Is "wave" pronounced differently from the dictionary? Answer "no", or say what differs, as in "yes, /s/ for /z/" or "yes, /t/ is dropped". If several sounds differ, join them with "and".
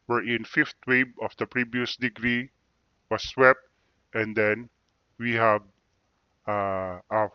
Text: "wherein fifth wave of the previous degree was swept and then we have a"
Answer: yes, /b/ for /v/